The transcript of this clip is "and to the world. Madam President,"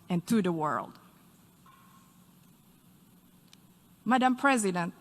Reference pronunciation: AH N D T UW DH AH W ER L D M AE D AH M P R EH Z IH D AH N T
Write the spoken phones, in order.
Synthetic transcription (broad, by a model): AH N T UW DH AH W ER L D M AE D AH M P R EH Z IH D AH N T